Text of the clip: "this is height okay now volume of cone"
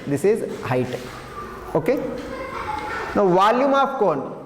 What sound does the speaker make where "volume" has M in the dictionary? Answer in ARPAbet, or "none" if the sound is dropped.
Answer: M